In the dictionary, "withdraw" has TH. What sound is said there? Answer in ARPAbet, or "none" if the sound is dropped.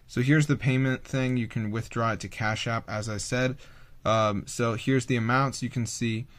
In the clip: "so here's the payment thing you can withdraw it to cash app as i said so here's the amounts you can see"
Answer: TH